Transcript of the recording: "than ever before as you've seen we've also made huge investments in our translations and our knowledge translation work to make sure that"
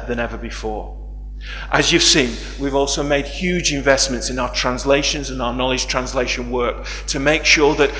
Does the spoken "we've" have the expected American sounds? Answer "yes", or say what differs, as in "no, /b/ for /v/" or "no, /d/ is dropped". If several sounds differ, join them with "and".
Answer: yes